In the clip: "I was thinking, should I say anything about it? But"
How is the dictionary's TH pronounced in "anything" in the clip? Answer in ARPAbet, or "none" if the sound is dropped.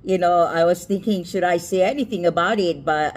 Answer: TH